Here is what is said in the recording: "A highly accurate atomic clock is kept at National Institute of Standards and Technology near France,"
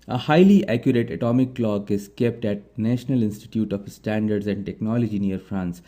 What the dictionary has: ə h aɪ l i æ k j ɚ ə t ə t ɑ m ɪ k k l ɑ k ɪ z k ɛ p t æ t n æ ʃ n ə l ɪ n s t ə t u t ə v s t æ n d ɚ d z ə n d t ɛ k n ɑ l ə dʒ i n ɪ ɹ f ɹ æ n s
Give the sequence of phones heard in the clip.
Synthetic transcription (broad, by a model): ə h aɪ l i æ k j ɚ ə t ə t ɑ m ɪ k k l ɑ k ɪ z k ɛ p t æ t n æ ʃ n ə l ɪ n s t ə t u t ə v s t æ n d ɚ d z ə n d t ɛ k n ɑ l ə dʒ i n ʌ ɹ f ɹ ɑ n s